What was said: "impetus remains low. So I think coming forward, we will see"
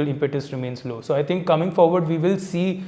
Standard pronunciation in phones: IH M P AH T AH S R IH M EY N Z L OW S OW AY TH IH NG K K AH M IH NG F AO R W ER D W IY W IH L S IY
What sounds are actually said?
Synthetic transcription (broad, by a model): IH M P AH T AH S R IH M EY N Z L OW S OW AY T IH NG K K AH M IH NG F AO R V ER D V IY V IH L S IY